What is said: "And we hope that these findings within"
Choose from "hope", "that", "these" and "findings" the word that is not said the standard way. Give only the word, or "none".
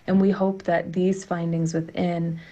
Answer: none